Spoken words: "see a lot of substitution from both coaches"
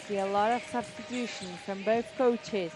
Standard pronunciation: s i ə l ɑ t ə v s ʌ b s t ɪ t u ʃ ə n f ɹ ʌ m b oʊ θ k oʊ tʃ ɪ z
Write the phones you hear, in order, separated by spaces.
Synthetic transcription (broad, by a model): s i ə l ɑ t ə v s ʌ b s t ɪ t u ʃ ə n f ɹ ʌ m b oʊ θ k oʊ tʃ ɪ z